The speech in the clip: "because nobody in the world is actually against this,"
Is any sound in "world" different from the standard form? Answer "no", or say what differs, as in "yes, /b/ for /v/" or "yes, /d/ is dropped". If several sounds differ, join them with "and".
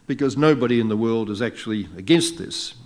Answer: no